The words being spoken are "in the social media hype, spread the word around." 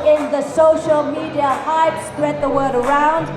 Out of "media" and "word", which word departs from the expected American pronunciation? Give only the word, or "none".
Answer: none